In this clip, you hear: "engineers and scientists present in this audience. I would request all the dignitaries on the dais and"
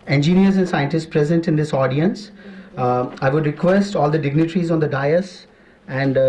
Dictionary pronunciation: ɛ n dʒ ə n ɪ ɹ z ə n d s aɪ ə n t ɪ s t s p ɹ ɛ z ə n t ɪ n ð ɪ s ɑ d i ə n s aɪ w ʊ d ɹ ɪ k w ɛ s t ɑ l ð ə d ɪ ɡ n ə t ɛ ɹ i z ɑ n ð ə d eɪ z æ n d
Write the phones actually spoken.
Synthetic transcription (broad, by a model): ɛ n dʒ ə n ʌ ɹ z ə n s aɪ ə n t ɪ s t s p ɹ ɛ z ə n t ɪ n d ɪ s ɑ d i ə n s aɪ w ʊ d ɹ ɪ k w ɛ s t ɑ l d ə d ɪ ɡ n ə t ɹ i z ɑ n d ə d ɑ s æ n d